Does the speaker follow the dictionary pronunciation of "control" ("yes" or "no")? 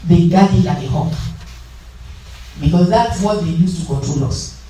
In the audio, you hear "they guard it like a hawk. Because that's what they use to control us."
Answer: no